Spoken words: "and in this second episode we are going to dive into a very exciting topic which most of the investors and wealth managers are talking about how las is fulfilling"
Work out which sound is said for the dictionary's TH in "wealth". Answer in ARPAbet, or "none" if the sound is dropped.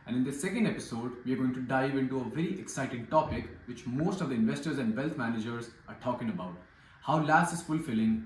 T